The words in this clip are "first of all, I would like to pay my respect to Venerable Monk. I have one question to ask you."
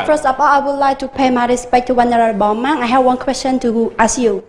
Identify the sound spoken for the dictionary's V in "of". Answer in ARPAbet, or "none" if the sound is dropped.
P